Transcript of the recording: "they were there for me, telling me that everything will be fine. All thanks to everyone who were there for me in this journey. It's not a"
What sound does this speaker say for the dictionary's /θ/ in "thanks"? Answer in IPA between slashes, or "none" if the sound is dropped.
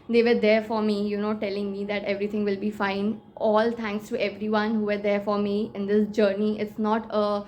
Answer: /t/